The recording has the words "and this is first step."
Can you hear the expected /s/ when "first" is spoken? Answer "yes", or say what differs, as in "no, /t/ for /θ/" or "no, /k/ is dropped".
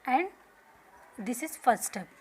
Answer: no, /s/ is dropped